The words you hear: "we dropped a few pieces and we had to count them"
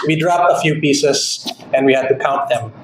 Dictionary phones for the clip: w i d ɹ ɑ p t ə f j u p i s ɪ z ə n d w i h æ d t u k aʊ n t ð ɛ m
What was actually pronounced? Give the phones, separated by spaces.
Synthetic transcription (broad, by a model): w i d ɹ ɑ p t ə f j u p i s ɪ s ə n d w i h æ d t u k aʊ n t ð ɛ m